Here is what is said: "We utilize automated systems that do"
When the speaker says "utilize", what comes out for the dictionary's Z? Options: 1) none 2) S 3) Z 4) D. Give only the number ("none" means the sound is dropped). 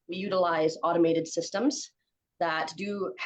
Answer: 3